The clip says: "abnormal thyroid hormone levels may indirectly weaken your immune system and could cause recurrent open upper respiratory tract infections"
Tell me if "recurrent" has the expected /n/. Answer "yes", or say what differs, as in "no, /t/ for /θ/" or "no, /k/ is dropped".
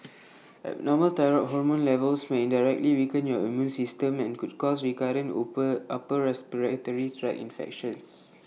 no, /n/ is dropped